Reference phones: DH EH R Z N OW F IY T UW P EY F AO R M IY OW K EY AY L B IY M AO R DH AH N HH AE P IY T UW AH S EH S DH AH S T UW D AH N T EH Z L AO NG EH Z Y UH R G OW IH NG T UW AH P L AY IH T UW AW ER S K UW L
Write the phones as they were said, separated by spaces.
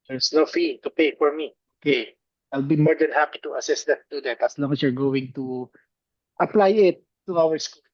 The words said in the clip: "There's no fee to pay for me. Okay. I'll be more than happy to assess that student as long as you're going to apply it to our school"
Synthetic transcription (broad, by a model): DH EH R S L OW F IY T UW P EY F AO R M IY OW K EY AY L B IY M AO R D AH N HH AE P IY T UW AH S EH S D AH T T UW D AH T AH S L AO NG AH S Y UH R G OW IH NG T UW AH P L AY IH T UW AW ER S K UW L